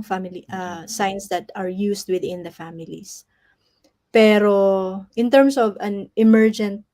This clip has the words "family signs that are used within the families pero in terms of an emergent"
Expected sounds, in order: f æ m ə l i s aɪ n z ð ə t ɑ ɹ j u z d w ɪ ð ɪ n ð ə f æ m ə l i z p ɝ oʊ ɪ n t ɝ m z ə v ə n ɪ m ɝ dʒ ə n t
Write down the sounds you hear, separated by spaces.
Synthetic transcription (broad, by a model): f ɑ m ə l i s aɪ n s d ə t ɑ ɹ j u s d w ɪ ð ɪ n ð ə f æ m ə l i s p ɝ oʊ ɪ n t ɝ m s ə v ə n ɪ m ɝ dʒ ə n t